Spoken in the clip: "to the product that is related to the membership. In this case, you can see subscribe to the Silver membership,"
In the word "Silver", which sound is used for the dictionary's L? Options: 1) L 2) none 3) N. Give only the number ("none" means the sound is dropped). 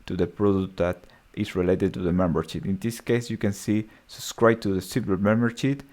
2